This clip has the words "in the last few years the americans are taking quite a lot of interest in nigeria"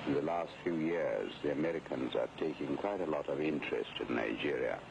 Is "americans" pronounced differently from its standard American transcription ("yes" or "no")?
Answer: no